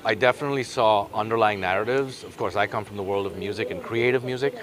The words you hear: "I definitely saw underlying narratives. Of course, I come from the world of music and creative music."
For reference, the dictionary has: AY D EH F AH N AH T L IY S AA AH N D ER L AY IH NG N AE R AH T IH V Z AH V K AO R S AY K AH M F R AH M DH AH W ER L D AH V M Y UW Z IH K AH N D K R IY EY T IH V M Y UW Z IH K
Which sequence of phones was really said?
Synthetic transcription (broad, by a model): AY D EH F AH N AH T L IY S AA AH N D ER L AY IH NG N AE R AH T IH V Z AH V K AO R S AY K AH M F R AH M DH AH W ER L D AH V M Y UW Z IH K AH N K R IY EY T IH V M Y UW Z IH K